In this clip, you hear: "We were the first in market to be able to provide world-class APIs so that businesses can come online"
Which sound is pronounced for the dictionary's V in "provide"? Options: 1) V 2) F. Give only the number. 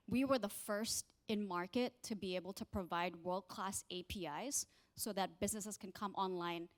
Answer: 1